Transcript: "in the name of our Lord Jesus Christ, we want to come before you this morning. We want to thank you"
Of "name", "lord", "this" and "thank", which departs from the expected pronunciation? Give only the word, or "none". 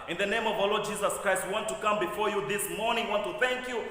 none